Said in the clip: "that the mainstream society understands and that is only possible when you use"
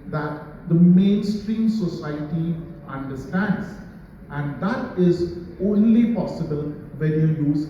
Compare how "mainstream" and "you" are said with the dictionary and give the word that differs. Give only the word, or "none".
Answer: none